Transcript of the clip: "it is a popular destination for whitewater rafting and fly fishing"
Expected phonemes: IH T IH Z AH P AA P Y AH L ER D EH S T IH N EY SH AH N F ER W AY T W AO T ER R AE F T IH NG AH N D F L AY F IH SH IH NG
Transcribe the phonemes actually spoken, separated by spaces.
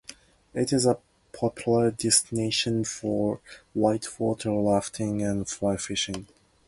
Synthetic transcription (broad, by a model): IH T IH Z AH P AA P Y L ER D EH S T IH N EY SH AH N F ER W AY T W AO T ER L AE F T IH NG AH N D F L AY F IH SH IH NG